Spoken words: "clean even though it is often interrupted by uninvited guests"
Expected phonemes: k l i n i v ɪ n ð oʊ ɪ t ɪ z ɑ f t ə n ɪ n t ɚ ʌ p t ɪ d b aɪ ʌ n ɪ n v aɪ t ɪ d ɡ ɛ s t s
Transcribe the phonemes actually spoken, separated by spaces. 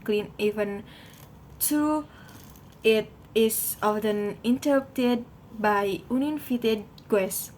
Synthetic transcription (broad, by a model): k l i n i v ɪ n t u ɪ t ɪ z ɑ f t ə n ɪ n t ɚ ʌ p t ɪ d b aɪ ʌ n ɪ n f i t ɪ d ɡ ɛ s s